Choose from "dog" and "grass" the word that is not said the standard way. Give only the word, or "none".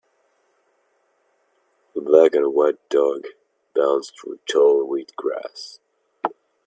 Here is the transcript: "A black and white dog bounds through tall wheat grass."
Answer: none